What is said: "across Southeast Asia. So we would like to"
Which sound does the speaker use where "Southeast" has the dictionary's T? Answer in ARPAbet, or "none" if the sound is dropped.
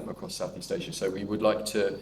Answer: T